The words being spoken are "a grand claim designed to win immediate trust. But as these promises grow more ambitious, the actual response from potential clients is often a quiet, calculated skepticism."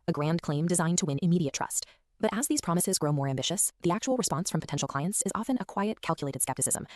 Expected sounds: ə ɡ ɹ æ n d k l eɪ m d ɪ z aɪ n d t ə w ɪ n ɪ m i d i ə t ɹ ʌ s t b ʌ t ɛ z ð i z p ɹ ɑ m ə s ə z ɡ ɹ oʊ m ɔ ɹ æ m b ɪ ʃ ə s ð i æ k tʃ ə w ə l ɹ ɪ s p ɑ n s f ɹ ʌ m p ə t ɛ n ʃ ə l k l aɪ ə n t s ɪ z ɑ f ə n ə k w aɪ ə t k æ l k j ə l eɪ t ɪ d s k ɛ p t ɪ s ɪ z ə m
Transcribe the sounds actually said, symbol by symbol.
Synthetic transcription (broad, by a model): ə ɡ ɹ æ n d k l eɪ m d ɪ z aɪ n t ə w ɪ n ɪ m i d i ə t ɹ ʌ s t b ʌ t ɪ z ð i z p ɹ ɑ m ə s ə z ɡ ɹ oʊ m ɔ ɹ æ m b ɪ ʃ ə s ð i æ k tʃ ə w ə l ɹ ɪ s p ɑ n s f ɹ ʌ m p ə t ɛ n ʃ l k l aɪ ə n t s ɪ z ɑ f ə n ə k w aɪ ə t k æ l k j ə l eɪ t ɪ d s k ɛ p t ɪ s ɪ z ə m